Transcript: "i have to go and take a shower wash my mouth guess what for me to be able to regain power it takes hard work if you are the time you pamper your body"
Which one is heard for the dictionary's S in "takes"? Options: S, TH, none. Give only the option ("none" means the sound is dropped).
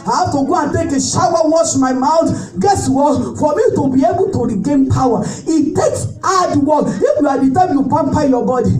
S